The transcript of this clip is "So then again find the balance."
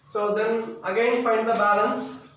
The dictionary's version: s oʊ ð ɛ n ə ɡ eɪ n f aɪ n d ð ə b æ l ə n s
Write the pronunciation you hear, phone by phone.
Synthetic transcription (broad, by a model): s oʊ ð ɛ n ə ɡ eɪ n f aɪ n d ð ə b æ l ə n s